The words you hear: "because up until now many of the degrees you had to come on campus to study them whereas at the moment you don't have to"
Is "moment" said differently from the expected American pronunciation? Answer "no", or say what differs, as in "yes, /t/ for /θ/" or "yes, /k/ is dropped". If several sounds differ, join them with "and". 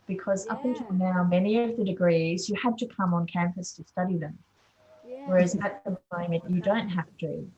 yes, /n/ is dropped